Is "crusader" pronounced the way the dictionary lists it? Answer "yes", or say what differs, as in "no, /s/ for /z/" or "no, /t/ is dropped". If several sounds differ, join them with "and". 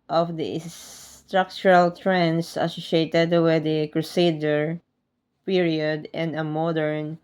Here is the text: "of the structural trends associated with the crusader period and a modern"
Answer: yes